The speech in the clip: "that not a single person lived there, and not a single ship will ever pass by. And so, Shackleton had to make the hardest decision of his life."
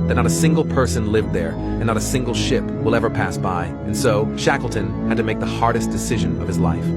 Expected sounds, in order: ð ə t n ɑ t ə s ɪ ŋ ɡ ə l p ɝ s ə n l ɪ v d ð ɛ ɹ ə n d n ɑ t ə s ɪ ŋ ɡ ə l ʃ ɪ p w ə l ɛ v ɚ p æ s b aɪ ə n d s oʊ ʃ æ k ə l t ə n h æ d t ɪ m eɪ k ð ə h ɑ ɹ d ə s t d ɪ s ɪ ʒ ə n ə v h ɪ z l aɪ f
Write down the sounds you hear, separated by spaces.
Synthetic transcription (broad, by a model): ð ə t n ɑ t ə s ɪ ŋ ɡ l p ɝ s ə n l ɪ v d ð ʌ ɹ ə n n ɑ t ə s ɪ ŋ ɡ l ʃ ɪ p w ə l ɛ v ɚ p æ s b aɪ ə n s oʊ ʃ æ k l t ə n h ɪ d t ɪ m eɪ k ð ə h ɑ ɹ d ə s d ɪ s ɪ ʒ ə n ə v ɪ z l aɪ f